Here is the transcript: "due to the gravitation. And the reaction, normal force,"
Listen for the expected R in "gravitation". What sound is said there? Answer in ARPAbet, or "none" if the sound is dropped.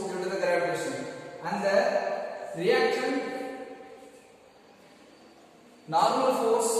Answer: none